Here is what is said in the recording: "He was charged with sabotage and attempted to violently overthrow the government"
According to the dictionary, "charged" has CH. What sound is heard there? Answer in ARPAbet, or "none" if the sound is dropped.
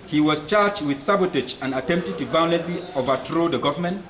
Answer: CH